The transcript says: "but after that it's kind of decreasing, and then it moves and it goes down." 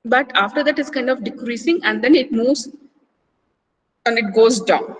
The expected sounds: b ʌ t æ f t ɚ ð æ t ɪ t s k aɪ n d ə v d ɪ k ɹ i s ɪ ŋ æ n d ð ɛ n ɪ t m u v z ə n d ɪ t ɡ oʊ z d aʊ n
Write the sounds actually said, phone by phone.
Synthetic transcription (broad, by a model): b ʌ t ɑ f t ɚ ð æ t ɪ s k aɪ n d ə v d ɪ k ɹ i s ɪ ŋ æ n d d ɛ n ɪ t m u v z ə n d ɪ t ɡ oʊ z d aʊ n